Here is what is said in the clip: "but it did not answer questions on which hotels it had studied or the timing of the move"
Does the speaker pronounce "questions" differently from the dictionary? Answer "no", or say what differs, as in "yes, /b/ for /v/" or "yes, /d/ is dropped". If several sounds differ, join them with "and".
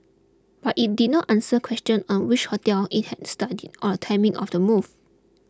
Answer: yes, /z/ is dropped